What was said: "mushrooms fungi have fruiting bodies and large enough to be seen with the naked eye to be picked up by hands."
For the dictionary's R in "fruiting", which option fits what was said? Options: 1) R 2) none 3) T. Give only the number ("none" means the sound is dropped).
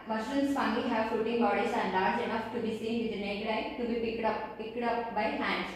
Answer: 2